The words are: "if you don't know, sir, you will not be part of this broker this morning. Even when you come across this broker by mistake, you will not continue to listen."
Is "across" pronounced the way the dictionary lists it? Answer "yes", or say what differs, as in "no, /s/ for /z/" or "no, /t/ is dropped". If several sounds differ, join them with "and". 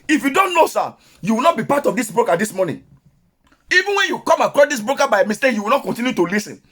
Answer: yes